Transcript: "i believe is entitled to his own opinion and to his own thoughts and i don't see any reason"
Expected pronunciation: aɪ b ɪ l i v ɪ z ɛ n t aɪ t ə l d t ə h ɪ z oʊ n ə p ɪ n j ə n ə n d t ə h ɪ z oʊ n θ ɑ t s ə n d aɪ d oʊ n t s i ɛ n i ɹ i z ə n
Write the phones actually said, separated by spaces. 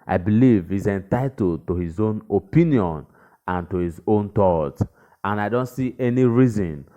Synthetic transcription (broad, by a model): aɪ b ɪ l i v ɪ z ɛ n t aɪ t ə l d t ə h ɪ z oʊ n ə p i n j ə n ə n t ə h ɪ z oʊ n t ɑ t ə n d aɪ d oʊ n t s i ɛ n i ɹ i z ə n